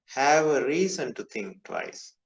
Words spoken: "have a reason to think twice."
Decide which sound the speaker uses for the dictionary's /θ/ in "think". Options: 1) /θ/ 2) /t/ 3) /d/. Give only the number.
2